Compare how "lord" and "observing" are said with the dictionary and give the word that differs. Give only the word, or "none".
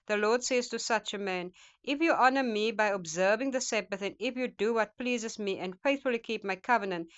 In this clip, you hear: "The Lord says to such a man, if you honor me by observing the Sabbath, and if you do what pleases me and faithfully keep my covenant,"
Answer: none